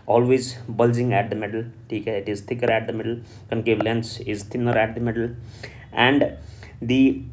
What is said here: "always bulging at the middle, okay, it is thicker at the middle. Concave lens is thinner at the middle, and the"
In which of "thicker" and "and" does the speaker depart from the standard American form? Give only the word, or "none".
thicker